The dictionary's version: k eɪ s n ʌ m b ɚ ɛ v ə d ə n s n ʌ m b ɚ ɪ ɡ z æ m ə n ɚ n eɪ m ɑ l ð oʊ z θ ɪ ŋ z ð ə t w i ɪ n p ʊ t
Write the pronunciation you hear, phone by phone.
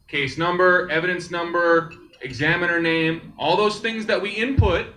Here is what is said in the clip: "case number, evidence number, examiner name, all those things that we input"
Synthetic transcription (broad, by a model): k eɪ s n ʌ m b ɚ ɛ v ə d ə n s n ʌ m b ɚ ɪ ɡ z æ m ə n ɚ n eɪ m ɑ l ð oʊ z θ ɪ ŋ z ð ə t w i ɪ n p ʊ t